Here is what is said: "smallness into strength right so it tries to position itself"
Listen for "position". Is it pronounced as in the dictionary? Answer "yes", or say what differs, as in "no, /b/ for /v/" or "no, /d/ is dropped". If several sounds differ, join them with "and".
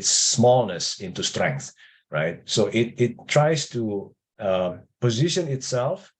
yes